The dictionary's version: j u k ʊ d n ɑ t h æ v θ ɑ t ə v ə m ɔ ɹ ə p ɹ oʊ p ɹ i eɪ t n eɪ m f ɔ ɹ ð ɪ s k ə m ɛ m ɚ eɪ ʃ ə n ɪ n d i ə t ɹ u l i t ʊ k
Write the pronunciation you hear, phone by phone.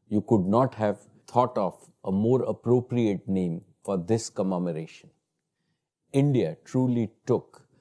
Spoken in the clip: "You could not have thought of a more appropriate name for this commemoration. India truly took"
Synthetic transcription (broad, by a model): j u k ʊ d n ɑ t h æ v t ɑ t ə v ə m ɔ ɹ ə p ɹ oʊ p ɹ i eɪ t n eɪ m f ɔ ɹ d ɪ s k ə m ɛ m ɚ eɪ ʃ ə n ɪ n d i ə t ɹ u l i t ʊ k